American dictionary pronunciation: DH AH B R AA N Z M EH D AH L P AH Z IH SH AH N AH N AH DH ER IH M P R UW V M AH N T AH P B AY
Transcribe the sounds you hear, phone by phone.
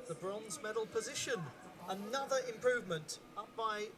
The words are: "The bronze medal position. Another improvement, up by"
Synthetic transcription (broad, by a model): DH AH B R AA N Z M EH D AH L P AH Z IH SH AH N AH N AH DH ER IH M P R UW V M AH N T AH P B AY